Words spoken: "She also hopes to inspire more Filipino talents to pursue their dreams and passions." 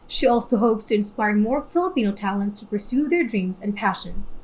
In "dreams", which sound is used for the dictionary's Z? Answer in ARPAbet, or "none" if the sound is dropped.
Z